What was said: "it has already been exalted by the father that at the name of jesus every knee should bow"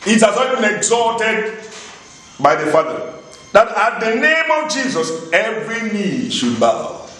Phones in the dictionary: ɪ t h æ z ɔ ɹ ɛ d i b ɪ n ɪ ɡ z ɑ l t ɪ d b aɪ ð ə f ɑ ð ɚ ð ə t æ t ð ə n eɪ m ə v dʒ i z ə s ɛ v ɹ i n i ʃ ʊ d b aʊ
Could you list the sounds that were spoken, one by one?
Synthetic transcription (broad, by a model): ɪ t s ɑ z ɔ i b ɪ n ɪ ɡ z ɑ t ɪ d b aɪ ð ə f ɑ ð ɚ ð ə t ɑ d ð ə n eɪ m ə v dʒ i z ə s ɛ v ɹ i n i ʃ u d b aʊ